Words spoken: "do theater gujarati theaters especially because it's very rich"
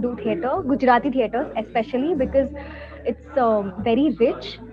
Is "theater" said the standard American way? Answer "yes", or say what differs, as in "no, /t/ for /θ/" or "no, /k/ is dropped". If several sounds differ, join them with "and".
no, /t/ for /θ/